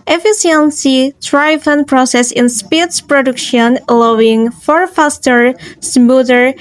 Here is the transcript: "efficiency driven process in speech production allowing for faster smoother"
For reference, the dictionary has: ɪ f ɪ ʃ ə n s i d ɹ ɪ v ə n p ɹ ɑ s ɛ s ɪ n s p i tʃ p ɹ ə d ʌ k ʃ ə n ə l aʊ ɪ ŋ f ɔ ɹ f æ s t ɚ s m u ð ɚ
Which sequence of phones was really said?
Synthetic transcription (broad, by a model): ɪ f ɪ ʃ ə n s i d ɹ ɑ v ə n p ɹ ɑ s ɛ s ɪ n s p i s p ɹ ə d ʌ k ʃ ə n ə l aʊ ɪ ŋ f ɔ ɹ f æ s t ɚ s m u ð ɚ